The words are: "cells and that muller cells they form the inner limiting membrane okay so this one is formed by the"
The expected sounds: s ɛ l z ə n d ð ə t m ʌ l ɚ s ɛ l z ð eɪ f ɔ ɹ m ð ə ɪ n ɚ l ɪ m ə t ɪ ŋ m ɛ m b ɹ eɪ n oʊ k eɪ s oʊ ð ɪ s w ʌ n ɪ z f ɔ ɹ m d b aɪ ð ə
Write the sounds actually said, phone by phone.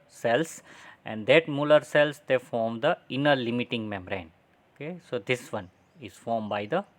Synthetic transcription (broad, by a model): s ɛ l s ə n d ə t m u l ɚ s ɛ l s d eɪ f ɔ ɹ m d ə ɪ n ɚ l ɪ m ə t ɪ ŋ m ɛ m ɹ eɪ n oʊ k eɪ s oʊ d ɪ s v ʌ n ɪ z f ɔ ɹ m b aɪ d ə